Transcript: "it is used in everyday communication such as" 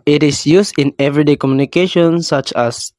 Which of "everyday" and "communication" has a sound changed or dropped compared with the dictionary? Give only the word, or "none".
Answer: none